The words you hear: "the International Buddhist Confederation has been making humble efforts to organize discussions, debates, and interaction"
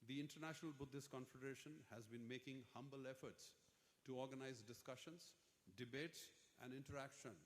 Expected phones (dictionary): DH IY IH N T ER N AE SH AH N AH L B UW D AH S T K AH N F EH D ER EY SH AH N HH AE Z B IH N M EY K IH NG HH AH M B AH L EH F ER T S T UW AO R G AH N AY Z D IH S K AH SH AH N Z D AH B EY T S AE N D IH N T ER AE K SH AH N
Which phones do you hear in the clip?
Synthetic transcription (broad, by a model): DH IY IH N T ER N AE SH AH N AH L B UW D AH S K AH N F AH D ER EY SH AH N HH AE Z B IH N M EY K IH NG HH AH M B AH L EH F ER T S T UW AO R G AH N AY Z D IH S K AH SH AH N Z D AH B EY T S AE N D IH N T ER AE K SH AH N